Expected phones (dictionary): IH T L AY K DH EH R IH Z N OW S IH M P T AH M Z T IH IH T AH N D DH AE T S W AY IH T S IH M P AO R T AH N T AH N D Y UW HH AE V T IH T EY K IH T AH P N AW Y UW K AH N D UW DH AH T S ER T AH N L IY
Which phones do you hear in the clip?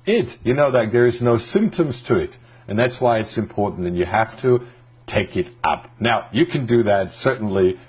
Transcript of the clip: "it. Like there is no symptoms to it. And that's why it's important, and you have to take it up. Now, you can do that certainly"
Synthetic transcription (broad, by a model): IH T N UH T DH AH R IH Z N OW S IH M P T AH M Z T IH IH T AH N DH AE T S W AY IH T S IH M P AO R T N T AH N Y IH HH AE F T IH T EY K IH T AH P N AW Y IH K AH N D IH DH AH T S ER T N L IY